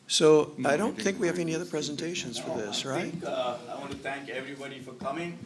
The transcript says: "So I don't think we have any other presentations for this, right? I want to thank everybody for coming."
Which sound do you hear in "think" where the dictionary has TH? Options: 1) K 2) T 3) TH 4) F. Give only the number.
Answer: 3